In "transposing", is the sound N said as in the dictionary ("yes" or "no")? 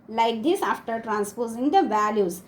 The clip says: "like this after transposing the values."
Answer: yes